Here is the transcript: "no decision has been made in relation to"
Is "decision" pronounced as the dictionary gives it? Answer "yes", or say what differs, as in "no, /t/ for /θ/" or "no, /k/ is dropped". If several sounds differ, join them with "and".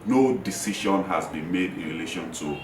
no, /ʃ/ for /ʒ/